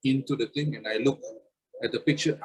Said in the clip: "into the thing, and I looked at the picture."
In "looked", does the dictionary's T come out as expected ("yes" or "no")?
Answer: no